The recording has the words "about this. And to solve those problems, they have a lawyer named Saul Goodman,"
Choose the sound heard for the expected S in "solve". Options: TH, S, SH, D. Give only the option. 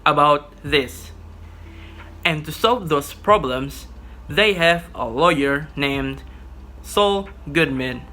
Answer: S